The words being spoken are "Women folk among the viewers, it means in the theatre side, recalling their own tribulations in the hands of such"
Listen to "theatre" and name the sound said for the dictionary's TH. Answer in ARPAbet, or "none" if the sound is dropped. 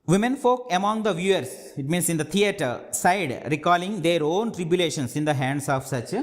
T